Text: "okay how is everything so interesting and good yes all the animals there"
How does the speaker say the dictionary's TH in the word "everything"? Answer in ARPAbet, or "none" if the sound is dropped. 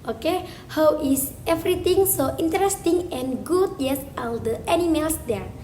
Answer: T